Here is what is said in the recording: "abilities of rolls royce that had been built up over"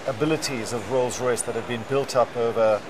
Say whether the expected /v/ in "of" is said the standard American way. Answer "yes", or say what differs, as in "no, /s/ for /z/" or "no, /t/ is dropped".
yes